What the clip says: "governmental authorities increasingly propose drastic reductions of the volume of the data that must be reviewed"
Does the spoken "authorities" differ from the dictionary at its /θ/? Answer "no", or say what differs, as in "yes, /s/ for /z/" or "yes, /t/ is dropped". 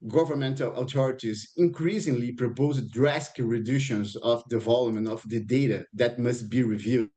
yes, /t/ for /θ/